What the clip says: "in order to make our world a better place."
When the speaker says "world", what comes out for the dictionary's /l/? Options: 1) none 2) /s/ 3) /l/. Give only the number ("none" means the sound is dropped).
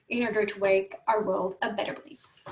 3